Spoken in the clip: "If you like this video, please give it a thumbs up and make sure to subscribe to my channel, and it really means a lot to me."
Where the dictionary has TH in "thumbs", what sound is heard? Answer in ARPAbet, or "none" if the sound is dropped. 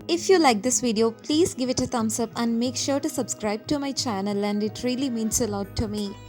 T